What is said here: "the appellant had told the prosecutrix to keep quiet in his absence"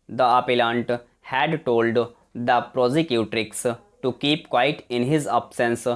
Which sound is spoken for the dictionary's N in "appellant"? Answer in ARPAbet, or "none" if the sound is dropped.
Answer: N